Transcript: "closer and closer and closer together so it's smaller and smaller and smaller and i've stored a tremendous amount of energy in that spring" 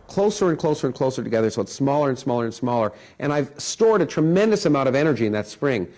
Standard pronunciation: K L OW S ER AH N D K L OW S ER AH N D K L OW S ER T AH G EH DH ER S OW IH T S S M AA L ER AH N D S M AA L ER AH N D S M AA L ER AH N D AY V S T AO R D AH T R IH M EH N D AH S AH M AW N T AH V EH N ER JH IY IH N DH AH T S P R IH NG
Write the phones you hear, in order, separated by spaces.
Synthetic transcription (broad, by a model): K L OW S ER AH N K L OW S ER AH N K L OW S ER T AH G EH DH ER S OW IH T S S M AA L ER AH N S M AA L ER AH N S M AA L ER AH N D AY V S T AO R D AH T R IH M EH N D AH S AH M AW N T AH V EH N ER JH IY IH N DH AH T S P R IH NG